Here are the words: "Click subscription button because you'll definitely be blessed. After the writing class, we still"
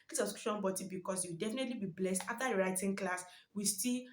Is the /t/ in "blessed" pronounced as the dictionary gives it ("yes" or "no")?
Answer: yes